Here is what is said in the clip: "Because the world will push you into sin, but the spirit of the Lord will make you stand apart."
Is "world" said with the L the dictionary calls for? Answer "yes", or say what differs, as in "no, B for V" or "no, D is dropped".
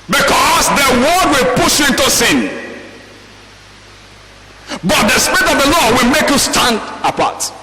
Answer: no, L is dropped